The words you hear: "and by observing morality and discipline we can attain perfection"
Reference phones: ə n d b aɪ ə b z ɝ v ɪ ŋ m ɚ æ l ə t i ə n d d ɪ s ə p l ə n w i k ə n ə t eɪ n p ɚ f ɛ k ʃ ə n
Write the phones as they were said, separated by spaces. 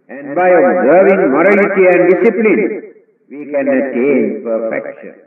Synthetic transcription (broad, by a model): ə n d b aɪ ə b z ɝ v ɪ ŋ m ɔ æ l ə t i ə n d d ɪ s ə p l ə n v i k ə n ə t eɪ n p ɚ f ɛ k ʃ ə n